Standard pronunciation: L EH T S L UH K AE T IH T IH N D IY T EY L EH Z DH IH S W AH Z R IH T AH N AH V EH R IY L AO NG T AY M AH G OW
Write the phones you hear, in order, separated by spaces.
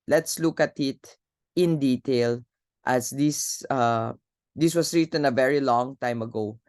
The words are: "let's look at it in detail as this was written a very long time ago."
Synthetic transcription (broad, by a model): L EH T S L UH K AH T IH T IH N D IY T EY L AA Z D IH S W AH S R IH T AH N AH V EH R IY L AO NG T AY M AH G OW